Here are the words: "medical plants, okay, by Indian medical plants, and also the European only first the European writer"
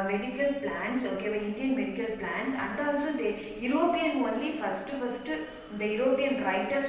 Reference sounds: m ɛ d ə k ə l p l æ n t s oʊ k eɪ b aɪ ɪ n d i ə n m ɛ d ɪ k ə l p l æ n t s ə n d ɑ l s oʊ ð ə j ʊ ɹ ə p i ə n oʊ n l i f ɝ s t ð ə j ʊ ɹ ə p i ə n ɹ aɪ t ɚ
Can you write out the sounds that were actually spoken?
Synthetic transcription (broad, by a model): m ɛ d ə k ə l p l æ n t s oʊ k eɪ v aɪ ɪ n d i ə n m ɛ d ɪ k ə l p l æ n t s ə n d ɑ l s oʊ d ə j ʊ ɹ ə p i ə n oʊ n l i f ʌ s t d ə j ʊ ɹ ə p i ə n ɹ aɪ t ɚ